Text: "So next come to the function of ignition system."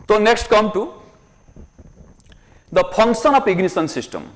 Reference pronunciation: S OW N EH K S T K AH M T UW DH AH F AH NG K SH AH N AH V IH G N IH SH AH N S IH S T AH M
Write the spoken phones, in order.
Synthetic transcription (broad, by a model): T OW N EH K S T K AH M T UW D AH P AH NG K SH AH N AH P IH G N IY S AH N S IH S T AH M